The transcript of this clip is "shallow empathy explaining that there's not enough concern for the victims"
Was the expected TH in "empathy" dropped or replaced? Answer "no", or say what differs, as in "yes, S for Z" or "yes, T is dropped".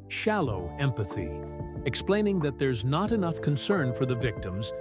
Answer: no